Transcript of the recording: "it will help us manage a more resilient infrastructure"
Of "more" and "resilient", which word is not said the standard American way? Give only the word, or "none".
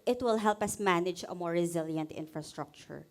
none